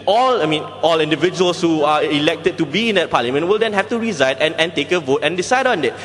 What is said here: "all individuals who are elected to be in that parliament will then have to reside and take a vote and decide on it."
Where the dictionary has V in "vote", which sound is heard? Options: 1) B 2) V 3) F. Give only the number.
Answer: 2